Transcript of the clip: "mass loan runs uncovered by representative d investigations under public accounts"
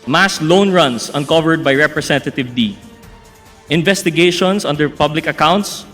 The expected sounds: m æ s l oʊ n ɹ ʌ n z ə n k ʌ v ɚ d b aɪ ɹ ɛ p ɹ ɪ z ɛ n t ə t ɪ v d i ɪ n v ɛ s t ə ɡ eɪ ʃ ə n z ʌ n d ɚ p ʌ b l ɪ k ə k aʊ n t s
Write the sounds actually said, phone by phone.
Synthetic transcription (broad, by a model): m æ s l oʊ n ɹ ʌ n s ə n k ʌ v ɚ d b aɪ ɹ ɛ p ɹ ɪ s ɛ n t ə t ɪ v d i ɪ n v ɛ s t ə ɡ eɪ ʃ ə n s ʌ n d ɚ p ʌ b l ɪ k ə k aʊ n t s